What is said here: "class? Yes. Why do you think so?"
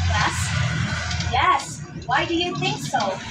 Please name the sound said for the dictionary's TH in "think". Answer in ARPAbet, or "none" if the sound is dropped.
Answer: TH